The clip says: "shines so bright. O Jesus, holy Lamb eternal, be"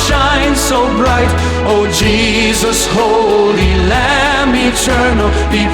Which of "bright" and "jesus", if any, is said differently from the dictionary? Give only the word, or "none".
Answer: none